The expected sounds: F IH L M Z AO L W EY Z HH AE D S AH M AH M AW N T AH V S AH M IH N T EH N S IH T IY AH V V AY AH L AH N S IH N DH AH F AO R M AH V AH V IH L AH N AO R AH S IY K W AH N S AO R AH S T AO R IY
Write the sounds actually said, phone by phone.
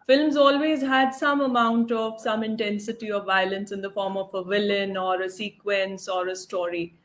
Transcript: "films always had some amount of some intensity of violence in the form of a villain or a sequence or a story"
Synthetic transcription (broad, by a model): F IH L M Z AO L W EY Z HH AE D S AH M AH M AW N T AH V S AH M IH N T EH N S IH T IY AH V V AY AH L AH N S IH N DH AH F AO R M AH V AH V IH L AH N AO R AH S IY K W AH N S AO R AH S T AO R IY